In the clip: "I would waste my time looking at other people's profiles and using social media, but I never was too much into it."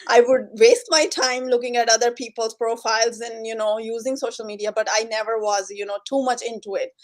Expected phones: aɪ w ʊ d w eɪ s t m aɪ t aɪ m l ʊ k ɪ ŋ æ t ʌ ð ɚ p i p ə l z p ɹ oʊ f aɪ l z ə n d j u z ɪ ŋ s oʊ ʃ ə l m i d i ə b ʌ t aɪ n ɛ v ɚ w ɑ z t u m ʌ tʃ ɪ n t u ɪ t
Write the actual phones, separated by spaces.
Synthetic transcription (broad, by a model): aɪ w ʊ d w eɪ s t m aɪ t aɪ m l ʊ k ɪ ŋ æ t ʌ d ɚ p i p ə l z p ɹ oʊ f aɪ l z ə n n j u z ɪ ŋ s oʊ ʃ ə l m i d i ə b ʌ t aɪ n ɛ v ɚ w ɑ z t u m ʌ tʃ ɪ n t u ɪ t